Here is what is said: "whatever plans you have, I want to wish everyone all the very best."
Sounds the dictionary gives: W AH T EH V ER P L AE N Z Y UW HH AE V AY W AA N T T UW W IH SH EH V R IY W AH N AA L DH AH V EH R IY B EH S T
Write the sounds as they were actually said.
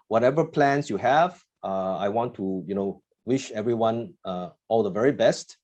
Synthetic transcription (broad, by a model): W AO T EH V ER P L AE N S Y UW HH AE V AY W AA N T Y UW W IH SH EH V R IY W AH N AA L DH AH V EH R IY B EH S T